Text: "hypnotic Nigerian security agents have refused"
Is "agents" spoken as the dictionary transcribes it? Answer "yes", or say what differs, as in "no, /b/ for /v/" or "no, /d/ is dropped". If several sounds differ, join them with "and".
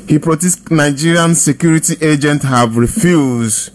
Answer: no, /s/ is dropped